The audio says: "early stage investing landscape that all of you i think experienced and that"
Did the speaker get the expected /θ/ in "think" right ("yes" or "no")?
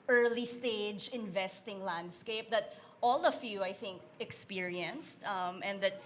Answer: yes